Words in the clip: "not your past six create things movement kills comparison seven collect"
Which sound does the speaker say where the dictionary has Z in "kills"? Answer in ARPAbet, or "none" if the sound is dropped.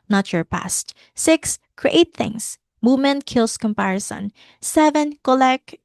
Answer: S